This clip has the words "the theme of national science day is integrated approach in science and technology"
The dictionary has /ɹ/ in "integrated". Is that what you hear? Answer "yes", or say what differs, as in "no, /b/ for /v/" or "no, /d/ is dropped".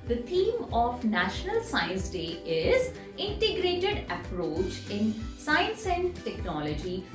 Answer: yes